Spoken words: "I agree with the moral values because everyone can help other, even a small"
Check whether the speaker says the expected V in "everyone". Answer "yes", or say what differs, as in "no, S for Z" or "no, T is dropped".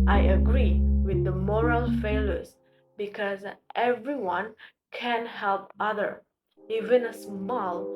yes